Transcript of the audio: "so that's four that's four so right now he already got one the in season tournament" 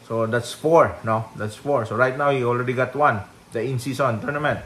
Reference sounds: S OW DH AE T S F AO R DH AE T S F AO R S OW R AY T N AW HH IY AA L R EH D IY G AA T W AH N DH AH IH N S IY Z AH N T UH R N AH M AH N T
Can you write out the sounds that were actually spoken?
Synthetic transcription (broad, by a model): S OW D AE T S F AO R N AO T S F AO R S OW R AY T N AW HH IY AA L R EH D IY G AA T W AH N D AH IH N S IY S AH N T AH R N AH M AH N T